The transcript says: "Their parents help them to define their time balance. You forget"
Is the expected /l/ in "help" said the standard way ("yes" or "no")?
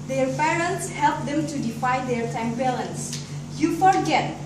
yes